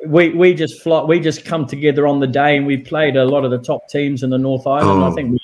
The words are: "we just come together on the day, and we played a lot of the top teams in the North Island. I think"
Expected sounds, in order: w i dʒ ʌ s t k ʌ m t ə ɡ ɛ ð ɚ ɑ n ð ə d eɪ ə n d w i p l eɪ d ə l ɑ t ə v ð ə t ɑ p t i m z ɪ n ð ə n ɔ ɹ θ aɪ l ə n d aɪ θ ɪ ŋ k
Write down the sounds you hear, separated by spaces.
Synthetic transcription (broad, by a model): w i dʒ ʌ s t k ʌ m t ə ɡ ɛ ð ɚ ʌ n ð ə d eɪ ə n w i p l eɪ d ə l ɑ t ə v ð ə t ɑ p t i m z ɪ n ð ə n ɔ ɹ θ aɪ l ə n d aɪ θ ɪ ŋ k